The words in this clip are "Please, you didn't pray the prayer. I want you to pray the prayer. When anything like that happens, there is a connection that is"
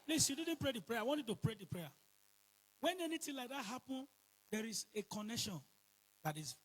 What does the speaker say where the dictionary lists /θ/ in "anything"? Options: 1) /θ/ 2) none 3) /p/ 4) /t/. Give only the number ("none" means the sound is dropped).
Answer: 4